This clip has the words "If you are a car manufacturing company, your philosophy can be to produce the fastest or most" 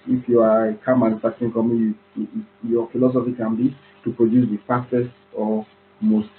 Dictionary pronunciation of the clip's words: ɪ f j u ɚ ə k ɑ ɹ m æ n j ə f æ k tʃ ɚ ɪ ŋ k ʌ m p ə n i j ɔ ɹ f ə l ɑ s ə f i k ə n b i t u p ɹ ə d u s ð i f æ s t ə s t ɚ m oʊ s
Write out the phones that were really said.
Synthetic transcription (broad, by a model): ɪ f j u ə k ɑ m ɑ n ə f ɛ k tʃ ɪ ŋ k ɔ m ə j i j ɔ f ə l ɑ s ə f i k ə n b i t u p ɹ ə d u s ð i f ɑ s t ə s ɔ m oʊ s